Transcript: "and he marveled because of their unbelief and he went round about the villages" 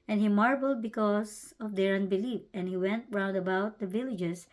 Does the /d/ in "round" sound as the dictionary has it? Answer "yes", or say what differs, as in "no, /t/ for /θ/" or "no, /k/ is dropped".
yes